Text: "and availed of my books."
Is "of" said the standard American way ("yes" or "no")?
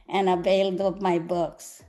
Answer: no